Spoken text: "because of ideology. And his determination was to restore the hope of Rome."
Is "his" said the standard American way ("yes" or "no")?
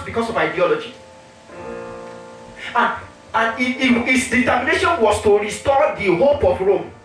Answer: no